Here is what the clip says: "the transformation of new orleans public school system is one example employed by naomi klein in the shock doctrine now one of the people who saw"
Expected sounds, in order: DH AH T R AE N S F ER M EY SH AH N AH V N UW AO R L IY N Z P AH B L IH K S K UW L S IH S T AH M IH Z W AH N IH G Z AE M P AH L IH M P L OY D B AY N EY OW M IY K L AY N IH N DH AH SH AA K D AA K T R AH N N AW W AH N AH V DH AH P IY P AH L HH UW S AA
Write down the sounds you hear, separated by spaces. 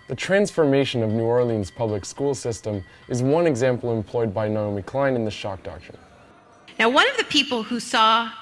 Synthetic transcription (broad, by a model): DH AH T R AE N S F ER M EY SH AH N AH V N UW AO R L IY N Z P AH B L IH K S K UW L S IH S T AH M IH Z W AH N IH G Z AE M P L IH M P L OY D B AY N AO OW M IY K L AY N IH N DH AH SH AA K D AA K T R AH N N AW W AH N AH V DH AH P IY P L HH UW S AA